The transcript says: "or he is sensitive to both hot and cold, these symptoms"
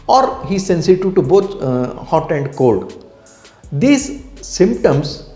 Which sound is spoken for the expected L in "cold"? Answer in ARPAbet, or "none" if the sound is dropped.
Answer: L